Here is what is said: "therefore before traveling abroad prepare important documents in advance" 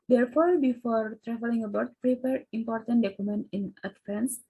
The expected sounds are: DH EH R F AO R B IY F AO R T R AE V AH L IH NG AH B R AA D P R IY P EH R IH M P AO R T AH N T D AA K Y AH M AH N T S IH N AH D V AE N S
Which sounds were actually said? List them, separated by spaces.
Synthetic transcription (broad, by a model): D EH R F AO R B IY F AO R T R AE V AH L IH NG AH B AA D P R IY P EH R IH M P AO R T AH N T D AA K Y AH M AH N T IH N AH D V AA N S